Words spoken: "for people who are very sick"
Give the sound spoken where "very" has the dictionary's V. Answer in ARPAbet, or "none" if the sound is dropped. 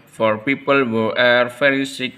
F